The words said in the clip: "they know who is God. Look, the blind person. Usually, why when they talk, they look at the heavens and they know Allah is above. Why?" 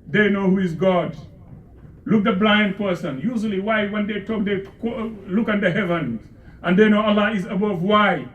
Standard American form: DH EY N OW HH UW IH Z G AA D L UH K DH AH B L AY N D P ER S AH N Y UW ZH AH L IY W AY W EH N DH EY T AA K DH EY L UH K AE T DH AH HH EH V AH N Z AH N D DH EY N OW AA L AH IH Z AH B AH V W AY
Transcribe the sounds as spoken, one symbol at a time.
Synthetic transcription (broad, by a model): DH EY N OW HH UW IH Z G AA D L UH K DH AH B L AY N D P ER S AH N Y UW ZH AH L IY W AY W EH N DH EY T AA K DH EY L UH K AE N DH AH HH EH V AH N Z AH N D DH EY N OW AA L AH IH Z AH B AH V W AY